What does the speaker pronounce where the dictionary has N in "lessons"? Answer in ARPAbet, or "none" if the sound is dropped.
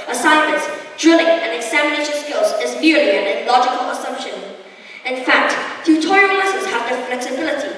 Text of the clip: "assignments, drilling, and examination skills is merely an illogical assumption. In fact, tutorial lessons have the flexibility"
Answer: none